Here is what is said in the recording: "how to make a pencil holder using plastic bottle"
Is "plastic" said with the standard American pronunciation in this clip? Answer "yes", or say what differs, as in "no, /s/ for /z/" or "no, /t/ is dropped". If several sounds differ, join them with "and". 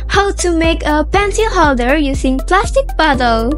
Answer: yes